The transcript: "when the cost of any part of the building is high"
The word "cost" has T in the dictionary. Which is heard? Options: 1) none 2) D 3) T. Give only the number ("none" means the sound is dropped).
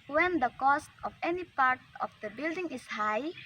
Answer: 3